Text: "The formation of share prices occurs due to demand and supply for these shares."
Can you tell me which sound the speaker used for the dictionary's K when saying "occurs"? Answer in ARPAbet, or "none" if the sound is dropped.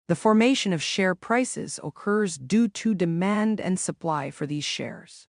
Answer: K